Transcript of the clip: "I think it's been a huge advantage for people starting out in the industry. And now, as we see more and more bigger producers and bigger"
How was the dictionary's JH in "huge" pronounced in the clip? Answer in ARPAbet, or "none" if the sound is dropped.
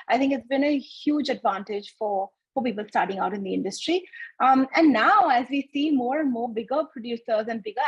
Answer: JH